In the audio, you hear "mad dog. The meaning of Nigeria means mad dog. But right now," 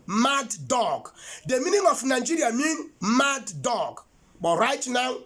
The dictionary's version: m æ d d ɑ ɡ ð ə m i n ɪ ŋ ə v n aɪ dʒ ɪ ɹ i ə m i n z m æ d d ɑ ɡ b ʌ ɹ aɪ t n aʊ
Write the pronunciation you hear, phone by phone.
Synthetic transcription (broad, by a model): m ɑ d d ɑ ɡ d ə m i n ɪ ŋ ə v n aɪ dʒ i ɹ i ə m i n m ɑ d d ɑ ɡ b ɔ ɹ aɪ t n aʊ